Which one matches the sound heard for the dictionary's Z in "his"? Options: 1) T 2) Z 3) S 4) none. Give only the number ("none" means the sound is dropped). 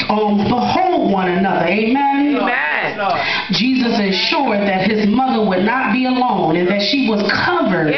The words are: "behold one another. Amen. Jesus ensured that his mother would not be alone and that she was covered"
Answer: 2